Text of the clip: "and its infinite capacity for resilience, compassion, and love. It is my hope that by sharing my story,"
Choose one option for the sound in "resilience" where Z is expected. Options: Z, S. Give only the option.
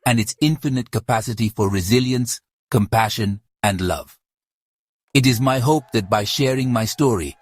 Z